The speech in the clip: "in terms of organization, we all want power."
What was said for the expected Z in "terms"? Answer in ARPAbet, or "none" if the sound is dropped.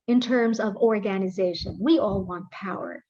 Z